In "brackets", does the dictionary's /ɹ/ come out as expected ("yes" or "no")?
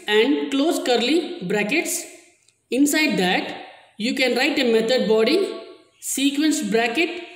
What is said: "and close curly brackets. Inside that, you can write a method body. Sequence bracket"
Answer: yes